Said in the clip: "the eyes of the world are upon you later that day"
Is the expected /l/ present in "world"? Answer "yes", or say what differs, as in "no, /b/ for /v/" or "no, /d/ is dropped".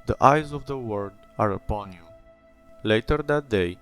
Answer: no, /l/ is dropped